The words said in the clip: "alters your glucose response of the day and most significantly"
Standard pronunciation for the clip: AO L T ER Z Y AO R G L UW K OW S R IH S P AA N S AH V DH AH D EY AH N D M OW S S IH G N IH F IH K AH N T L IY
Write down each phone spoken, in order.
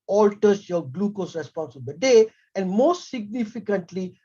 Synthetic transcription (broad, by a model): AO L T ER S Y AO G L UW K OW S R IH S P AA N S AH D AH D EY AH N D M OW S S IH G N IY F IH K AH N T L IY